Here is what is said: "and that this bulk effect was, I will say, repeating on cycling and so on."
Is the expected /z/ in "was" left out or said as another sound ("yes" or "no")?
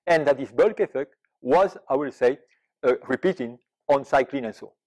no